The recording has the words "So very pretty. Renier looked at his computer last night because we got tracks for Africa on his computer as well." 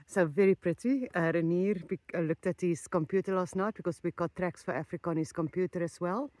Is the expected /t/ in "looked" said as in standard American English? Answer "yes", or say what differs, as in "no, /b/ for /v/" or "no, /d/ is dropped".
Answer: yes